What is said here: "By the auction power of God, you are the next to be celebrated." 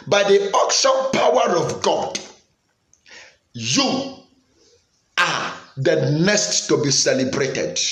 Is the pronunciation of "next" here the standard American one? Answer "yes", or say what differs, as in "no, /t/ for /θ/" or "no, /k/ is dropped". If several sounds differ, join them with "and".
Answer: no, /k/ is dropped